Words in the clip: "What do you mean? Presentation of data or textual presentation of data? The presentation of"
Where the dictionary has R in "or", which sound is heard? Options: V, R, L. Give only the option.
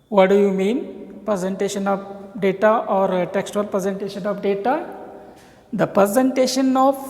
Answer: R